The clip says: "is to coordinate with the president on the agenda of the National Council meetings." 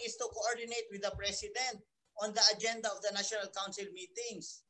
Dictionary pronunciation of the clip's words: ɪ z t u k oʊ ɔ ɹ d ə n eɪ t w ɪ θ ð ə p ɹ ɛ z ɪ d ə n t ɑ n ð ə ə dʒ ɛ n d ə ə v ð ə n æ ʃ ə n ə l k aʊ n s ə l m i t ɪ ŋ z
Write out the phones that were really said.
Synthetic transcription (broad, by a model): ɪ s t u k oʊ ɔ ɹ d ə n eɪ t w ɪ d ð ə p ɹ ɛ s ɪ d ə n t ɑ n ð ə ə dʒ ɛ n d ə ə v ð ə n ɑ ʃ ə n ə l k aʊ n s ə l m i t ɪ ŋ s